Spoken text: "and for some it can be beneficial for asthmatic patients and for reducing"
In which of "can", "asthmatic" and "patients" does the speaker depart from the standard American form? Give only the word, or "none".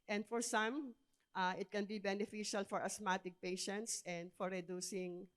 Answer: asthmatic